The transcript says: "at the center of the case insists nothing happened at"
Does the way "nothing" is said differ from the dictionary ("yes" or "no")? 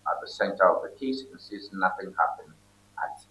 no